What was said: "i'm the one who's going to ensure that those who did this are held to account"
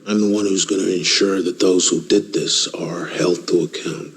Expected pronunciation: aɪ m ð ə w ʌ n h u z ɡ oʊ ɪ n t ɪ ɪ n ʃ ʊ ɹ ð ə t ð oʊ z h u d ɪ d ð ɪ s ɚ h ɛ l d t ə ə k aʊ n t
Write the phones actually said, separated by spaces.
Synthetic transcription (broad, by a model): aɪ m ð ə w ʌ n h u z ɡ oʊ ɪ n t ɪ ɪ n ʃ ʊ ɹ ð ə t ð oʊ z h u d ɪ d ð ɪ s ɚ h ɛ l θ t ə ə k aʊ n t